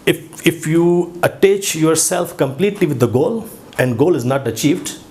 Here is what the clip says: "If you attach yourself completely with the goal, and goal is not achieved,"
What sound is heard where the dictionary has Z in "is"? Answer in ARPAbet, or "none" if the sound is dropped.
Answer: Z